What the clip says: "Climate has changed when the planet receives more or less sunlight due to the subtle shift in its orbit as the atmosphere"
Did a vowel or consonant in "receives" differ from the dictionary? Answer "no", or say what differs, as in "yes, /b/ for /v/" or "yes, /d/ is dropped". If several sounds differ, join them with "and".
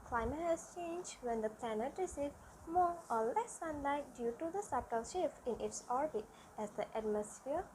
yes, /z/ is dropped